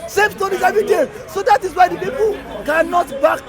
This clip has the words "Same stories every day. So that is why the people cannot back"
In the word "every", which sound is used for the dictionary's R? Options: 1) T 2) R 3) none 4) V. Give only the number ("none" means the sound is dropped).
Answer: 3